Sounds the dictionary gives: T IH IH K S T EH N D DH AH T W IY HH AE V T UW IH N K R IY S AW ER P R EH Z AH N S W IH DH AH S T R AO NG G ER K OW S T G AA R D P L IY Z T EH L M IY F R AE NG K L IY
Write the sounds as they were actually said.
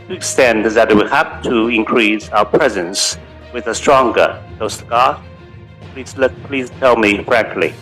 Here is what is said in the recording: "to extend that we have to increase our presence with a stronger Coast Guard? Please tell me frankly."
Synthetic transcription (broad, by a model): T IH IH K S T EH N D DH AH T W IY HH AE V T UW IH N K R IY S AW ER P R EH Z AH N S W IH DH AH S T R AO NG G ER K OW S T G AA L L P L IY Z T EH L M IY F R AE NG K L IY